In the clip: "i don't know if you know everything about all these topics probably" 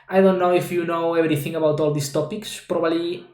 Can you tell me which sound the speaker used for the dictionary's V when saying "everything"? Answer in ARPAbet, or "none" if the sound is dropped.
B